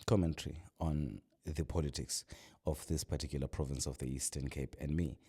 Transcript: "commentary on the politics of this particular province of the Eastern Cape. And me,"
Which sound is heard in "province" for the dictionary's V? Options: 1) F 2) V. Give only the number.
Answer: 2